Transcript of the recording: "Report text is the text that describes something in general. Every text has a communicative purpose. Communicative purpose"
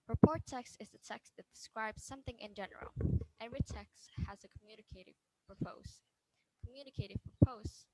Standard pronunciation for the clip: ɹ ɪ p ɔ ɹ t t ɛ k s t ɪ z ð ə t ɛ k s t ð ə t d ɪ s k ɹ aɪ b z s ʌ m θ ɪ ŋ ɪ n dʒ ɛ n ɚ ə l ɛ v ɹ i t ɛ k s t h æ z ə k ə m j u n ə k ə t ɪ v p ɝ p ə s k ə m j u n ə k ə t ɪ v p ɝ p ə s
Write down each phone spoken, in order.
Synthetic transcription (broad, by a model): ɹ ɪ p ɔ ɹ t t ɛ k s t ɪ z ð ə t ɛ k s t ð ə t d ɪ s k ɹ aɪ b z s ʌ m θ ɪ ŋ ɪ n dʒ ɛ n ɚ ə l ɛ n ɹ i t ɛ k s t h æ z ə k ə m j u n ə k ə t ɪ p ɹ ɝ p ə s k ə m j u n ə k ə t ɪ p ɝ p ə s